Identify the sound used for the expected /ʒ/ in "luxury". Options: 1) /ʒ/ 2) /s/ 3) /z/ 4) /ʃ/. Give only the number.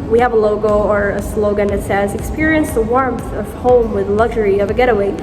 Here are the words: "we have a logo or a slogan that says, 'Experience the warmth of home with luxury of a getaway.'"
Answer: 1